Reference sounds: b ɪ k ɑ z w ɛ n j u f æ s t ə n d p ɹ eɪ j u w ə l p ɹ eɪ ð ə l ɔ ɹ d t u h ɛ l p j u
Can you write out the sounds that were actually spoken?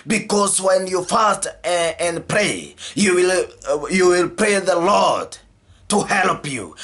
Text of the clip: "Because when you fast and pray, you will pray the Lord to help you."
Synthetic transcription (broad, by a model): b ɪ k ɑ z w ɛ n j u f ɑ s t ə n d p ɹ eɪ j u w ə l p ɹ eɪ ð ə l ɔ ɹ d t u h ɛ l p j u